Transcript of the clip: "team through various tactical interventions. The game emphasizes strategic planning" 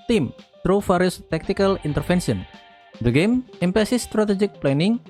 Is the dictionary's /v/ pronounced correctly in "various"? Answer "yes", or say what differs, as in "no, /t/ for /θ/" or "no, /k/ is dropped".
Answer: no, /f/ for /v/